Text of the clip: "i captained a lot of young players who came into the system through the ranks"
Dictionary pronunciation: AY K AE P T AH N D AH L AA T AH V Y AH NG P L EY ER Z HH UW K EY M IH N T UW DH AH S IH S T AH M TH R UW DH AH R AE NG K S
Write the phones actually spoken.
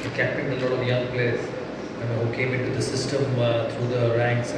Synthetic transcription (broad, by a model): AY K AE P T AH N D AH L AA T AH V Y AH NG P L EY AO HH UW K EY M IH N T UW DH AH S IH S T AH M T R UW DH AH R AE NG K S